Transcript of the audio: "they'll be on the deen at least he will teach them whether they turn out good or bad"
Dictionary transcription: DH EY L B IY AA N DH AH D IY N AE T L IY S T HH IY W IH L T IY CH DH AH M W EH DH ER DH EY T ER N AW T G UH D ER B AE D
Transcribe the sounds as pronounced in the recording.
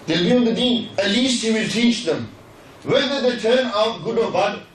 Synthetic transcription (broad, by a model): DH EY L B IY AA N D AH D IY AE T L IY S T HH IY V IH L T IY CH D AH M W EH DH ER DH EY T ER N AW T G UH D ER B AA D